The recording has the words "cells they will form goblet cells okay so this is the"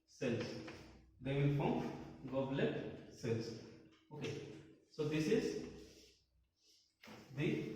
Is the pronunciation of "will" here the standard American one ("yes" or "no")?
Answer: no